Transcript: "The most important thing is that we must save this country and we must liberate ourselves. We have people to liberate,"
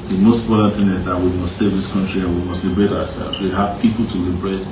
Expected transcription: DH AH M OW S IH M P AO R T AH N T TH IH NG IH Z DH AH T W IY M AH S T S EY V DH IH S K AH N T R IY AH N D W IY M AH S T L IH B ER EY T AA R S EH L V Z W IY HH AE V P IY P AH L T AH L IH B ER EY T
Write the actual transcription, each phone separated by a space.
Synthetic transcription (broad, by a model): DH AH M OW S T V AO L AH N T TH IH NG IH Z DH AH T W IY M AH S T S EY V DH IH S K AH N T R IY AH N W IY M AH S T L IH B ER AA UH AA S EH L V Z W IY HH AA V P IY P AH L T AH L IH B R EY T